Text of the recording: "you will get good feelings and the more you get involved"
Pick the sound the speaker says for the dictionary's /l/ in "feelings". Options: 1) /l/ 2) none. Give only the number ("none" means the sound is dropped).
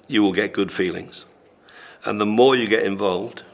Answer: 1